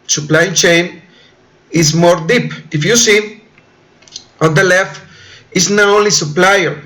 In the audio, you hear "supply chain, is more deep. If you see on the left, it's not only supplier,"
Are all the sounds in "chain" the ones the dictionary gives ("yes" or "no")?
yes